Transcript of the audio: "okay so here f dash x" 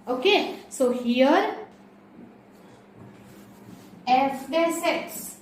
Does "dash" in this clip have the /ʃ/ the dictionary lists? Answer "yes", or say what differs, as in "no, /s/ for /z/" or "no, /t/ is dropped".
no, /s/ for /ʃ/